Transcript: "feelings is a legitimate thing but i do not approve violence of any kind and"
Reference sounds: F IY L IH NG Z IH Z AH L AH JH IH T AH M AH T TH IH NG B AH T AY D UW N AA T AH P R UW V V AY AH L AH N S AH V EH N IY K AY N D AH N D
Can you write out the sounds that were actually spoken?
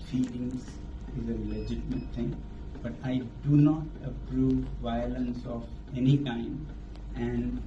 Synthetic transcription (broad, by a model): F IY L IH NG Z IH Z AH L AH JH IH T AH M AH T T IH NG B AH T AY D UW N AA T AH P R UW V V AY AH L AH N S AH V EH N IY K AY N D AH N D